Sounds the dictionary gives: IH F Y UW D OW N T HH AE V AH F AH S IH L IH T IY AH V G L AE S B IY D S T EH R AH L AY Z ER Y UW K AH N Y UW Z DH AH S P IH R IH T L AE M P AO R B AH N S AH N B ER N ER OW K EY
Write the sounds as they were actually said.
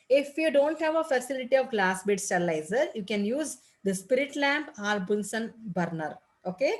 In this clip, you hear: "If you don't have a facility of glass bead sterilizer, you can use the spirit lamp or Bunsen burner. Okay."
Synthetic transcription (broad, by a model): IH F Y UW D OW N T HH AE V AH F AH S IH L IH T IY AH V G L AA S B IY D S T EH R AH L AY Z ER Y UW K AH N Y UW Z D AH S P IH R IH T L AE M P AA L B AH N S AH N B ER N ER OW K EY